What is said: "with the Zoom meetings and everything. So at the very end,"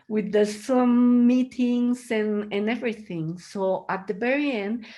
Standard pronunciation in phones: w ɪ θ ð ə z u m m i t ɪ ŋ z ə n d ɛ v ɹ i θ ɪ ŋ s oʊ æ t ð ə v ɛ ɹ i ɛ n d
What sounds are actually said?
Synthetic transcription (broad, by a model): w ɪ ð ə s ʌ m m i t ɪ ŋ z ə n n ɛ v ɹ i θ ɪ ŋ s oʊ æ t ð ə b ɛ ɹ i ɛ n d